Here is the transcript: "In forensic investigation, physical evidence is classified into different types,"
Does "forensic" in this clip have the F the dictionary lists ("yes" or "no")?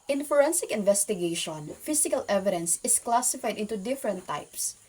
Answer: yes